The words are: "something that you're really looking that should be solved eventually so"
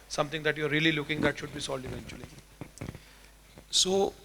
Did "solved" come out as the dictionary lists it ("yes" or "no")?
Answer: no